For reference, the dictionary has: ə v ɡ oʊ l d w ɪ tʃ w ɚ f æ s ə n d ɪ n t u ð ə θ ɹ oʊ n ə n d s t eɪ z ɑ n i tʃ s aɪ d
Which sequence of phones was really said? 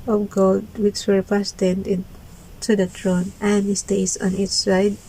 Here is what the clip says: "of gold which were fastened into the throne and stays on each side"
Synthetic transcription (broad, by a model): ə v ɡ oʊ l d w ɪ tʃ w ɚ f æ s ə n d ɪ n t u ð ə t ɹ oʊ n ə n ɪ s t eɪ s ɑ n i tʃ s aɪ d